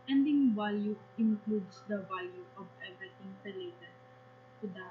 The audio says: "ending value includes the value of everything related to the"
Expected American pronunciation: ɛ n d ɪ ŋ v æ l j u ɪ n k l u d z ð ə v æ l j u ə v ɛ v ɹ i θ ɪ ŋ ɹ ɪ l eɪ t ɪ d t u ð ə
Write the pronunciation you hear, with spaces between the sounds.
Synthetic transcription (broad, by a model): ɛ n d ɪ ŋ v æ l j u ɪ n k l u d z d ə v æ l j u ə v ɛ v i t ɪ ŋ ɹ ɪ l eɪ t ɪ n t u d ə